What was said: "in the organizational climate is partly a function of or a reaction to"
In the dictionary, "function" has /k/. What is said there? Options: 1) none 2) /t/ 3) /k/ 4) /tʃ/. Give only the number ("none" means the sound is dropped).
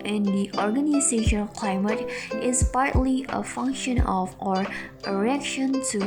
3